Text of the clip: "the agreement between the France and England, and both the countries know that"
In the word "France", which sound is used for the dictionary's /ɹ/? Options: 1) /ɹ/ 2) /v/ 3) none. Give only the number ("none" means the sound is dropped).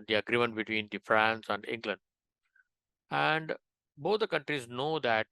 1